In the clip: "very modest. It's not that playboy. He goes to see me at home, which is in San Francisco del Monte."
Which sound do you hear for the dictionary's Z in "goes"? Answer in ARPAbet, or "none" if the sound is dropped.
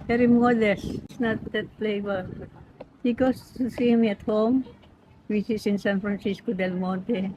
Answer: S